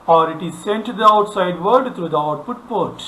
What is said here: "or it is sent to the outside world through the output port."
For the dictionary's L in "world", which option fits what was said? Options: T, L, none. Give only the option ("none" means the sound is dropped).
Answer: none